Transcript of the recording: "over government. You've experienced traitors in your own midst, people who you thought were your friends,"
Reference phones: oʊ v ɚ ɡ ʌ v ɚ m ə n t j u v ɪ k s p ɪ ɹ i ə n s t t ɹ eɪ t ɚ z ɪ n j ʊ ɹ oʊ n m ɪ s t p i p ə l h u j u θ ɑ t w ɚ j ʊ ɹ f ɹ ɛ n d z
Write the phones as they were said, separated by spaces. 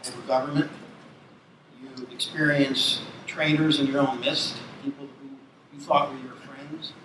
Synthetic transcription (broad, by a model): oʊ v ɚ ɡ ʌ v ɚ m ə n t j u ɪ k s p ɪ ɹ i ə n s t t ɹ eɪ t ɚ z ɪ n j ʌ ɹ oʊ n m ɪ s t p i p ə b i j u θ ɑ t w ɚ j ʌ ɹ f ɹ ɛ n d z